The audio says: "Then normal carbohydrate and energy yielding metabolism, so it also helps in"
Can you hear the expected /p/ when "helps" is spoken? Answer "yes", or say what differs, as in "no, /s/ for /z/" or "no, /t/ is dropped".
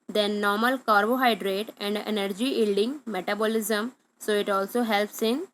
yes